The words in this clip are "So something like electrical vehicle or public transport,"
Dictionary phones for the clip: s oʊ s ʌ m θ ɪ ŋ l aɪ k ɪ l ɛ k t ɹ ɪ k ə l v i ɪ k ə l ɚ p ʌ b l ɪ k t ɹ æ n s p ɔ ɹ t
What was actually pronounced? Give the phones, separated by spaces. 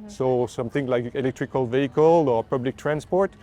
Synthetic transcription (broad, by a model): s oʊ s ʌ m θ ɪ ŋ l aɪ k ɪ l ɛ k t ɹ ɪ k ə l v i ɪ k ə l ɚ p ʌ b l ɪ k t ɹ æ n s p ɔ ɹ t